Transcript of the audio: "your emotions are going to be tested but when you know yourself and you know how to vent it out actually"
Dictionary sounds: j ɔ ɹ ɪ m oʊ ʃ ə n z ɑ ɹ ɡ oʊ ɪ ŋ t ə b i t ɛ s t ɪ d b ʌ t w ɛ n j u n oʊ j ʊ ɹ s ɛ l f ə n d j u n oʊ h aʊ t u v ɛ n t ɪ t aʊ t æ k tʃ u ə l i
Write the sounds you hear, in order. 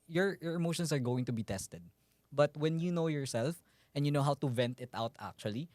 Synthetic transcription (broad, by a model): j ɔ ɹ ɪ m oʊ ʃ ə n s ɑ ɹ ɡ oʊ ɪ ŋ t ə b i t ɛ s t ɪ d b ʌ t w ɛ n j u n oʊ j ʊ ɹ s ɛ l f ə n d j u n oʊ h aʊ t u v ɛ n t ɪ t aʊ t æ k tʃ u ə l i